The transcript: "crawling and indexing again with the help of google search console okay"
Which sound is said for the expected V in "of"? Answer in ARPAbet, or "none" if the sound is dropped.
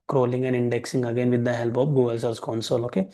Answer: P